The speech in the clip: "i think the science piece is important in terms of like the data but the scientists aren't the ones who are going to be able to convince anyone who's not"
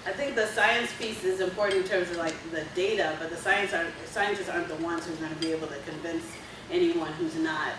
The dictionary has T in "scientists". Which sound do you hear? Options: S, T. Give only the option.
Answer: S